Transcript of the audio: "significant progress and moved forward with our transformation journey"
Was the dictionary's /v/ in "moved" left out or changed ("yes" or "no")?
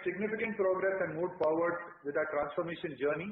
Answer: yes